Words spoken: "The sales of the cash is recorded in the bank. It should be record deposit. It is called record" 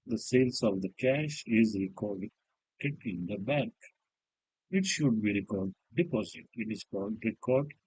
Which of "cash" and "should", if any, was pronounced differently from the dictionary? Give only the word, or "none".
none